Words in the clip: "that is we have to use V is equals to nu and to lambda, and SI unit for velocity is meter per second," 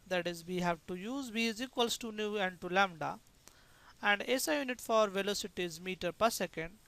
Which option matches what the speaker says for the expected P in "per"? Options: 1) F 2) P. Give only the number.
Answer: 2